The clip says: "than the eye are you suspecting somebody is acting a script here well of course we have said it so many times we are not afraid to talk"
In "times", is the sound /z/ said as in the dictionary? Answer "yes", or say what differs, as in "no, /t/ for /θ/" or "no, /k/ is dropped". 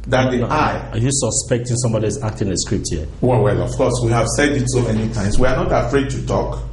no, /s/ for /z/